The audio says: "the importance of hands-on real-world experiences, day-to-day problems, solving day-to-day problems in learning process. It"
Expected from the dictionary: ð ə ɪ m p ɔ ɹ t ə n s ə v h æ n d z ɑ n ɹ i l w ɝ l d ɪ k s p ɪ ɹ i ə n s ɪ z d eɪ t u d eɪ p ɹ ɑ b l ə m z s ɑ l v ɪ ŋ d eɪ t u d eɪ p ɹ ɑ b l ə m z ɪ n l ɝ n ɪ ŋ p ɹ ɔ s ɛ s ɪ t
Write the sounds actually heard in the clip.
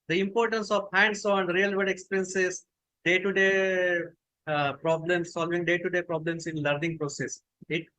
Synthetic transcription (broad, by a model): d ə ɪ m p ɔ ɹ t ə n s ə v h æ n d s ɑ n ɹ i l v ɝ d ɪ k s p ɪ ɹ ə n s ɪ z d eɪ t u d eɪ p ɹ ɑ b l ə m s ɑ l v ɪ ŋ d eɪ t u d eɪ p ɹ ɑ b l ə m s ɪ n l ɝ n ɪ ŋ p ɹ ɔ s ɛ s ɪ t